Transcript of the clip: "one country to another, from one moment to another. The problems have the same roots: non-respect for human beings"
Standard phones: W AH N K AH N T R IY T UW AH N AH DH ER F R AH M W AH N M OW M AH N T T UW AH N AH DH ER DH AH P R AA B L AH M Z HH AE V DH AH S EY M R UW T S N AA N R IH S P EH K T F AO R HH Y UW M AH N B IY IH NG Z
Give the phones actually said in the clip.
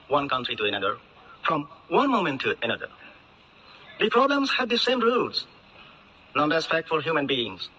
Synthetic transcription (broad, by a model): W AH N K AH N T R IY T UW AH N AH DH ER F R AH M W AH N M OW M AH N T T UW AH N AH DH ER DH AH P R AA B L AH M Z HH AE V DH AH S EY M R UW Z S N AA N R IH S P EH K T F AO L HH Y UW M AH N B IY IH NG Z